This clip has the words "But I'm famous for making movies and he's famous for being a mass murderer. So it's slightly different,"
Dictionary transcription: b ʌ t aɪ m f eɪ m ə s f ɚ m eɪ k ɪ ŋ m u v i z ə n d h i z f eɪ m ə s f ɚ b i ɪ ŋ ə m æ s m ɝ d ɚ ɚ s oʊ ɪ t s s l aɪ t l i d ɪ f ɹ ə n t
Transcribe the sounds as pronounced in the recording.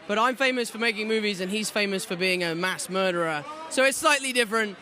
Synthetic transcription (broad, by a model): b ʌ t aɪ m f eɪ m ə s f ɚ m eɪ k ɪ ŋ m u v i z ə n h i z f eɪ m ə s f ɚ b i ɪ ŋ ə m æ s m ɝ d ɚ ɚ s oʊ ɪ t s s l aɪ t l i d ɪ f ɹ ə n t